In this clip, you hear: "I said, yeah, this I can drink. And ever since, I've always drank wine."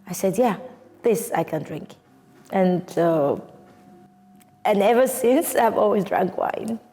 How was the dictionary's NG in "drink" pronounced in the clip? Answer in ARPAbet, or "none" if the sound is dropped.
NG